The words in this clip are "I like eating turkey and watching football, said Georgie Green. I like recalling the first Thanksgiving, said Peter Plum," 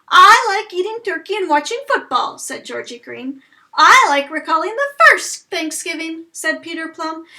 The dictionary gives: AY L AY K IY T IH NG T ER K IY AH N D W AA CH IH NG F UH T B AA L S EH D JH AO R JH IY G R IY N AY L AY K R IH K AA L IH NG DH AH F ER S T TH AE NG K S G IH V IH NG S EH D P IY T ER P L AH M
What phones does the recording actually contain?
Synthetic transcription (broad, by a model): AY L AY K IY T IH NG T ER K IY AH N W AA CH IH NG F UH T B AA L S EH D JH AO R JH IY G R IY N AY L AY K R IH K AA L IH NG DH AH F ER S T TH AE NG K S G IH V IH NG S EH D P IY T ER P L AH M